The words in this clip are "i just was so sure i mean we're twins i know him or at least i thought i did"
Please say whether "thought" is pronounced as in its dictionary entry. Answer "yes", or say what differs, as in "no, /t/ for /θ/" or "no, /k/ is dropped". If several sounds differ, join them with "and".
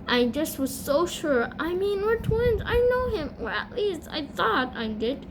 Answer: yes